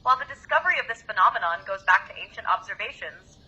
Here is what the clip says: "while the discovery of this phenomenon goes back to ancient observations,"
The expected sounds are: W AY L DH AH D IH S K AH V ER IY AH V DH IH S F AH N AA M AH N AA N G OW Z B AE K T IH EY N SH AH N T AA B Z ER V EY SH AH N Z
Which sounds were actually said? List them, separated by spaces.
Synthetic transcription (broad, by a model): W AY L DH AH D IH S K AH V ER IY AH V DH IH S F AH N AA M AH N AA N G OW Z B AE K T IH EY N SH AH N T AA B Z ER V EY SH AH N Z